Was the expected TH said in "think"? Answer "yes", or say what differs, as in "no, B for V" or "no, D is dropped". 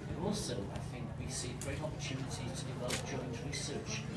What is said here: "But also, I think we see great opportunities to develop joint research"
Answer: yes